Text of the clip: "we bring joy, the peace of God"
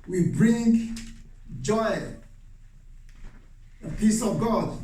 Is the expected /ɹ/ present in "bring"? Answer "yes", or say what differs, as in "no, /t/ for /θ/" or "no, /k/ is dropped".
yes